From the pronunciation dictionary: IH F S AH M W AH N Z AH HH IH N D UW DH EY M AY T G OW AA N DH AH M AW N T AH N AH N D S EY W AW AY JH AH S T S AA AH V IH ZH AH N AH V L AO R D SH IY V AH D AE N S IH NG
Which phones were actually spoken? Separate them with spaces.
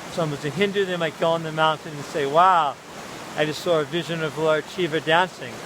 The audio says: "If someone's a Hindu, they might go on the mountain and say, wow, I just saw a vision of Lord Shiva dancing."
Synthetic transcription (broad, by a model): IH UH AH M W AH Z AH HH IH N D UW DH EY M AY T G OW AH N DH AH M AW N T AH N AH N S EY W AW AY JH AH S T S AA AH V IH ZH AH N AH V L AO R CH IY V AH D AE N S IH NG